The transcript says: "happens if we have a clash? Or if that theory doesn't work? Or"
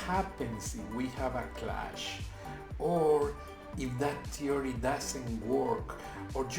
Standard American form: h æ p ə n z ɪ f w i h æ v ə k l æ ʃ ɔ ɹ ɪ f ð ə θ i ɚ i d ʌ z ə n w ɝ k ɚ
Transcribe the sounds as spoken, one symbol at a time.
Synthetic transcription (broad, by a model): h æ p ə n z ɪ f w i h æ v ə k l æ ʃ ɔ ɹ ɪ f ð ə t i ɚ i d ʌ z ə n w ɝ k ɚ